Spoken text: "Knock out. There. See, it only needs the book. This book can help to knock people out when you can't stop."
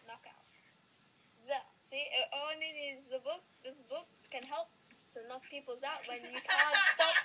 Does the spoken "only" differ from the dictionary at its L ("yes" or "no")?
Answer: yes